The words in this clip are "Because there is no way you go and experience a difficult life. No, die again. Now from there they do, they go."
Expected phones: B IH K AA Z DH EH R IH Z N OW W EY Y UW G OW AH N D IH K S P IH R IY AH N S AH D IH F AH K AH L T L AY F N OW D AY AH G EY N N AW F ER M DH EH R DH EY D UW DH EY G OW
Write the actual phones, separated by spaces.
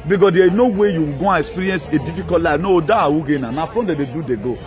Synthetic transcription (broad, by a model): B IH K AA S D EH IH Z N OW W EY Y UW G OW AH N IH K S P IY R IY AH N S AH D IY F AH K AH T L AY N OW D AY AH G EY N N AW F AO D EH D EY D UW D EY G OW